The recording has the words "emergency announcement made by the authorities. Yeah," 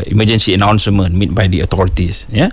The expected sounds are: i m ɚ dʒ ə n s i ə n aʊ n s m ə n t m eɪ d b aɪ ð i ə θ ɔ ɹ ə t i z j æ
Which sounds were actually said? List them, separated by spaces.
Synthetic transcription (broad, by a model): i m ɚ dʒ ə n s i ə n aʊ n s m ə n m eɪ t b aɪ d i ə t ɔ ɹ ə t i s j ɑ